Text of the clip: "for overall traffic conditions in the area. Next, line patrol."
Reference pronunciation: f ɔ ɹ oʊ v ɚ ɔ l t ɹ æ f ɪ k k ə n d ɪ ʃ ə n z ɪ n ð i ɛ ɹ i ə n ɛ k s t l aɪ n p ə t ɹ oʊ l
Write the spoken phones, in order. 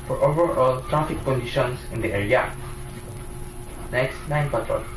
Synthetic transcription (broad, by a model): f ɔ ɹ oʊ v ɚ ɔ l t ɹ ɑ f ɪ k k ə n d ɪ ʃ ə n s ɪ n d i ɛ ɹ i ə n ɛ k s t n aɪ n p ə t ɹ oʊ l